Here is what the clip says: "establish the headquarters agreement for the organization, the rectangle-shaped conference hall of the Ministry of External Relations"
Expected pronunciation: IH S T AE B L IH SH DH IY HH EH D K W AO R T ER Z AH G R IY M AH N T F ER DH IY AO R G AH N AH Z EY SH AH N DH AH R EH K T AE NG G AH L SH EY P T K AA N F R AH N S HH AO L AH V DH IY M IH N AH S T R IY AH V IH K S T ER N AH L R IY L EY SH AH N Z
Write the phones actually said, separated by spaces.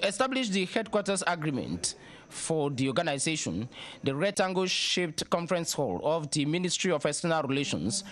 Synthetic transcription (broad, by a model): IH S T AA B L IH SH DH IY HH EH D K W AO T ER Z AH G R IY M AH N T F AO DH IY AO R G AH N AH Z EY SH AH N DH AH R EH T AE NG G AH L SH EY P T K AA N F R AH N S HH AO L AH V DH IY M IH N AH S T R IY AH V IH S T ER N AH L R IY L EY SH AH N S